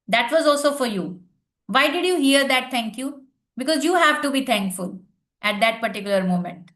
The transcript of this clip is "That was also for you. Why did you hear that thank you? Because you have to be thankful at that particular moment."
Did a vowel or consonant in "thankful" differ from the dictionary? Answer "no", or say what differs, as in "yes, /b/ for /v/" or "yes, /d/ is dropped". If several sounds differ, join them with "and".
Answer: yes, /t/ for /θ/